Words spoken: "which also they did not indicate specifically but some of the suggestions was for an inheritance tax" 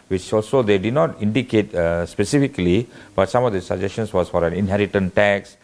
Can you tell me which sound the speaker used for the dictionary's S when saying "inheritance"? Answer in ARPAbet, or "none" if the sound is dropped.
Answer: none